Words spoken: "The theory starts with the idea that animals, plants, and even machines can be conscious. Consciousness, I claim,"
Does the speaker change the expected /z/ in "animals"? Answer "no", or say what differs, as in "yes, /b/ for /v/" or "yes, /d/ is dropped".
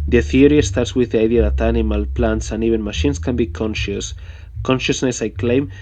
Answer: yes, /z/ is dropped